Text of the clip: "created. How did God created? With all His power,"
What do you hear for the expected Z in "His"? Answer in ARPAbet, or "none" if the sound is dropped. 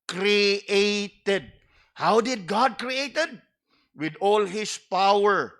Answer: S